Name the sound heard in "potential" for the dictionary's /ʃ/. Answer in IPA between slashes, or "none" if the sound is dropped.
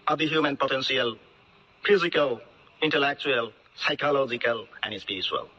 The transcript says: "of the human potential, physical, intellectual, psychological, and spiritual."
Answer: /s/